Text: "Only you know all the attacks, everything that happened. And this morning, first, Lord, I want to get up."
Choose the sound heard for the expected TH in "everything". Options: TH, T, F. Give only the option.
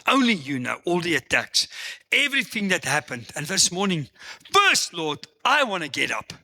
TH